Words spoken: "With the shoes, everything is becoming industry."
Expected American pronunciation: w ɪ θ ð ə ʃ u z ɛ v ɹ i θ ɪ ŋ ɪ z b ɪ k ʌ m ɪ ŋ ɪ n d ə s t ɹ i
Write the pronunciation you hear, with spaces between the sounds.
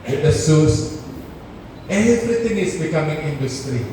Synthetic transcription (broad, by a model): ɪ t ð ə s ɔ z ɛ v ɹ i t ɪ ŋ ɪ s b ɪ k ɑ m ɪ ŋ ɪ n d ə s t ɹ i